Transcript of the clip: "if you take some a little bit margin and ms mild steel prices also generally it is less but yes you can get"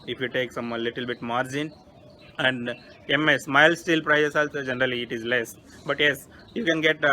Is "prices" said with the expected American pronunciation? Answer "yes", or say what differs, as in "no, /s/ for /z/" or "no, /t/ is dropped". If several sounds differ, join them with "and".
no, /s/ is dropped and /s/ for /z/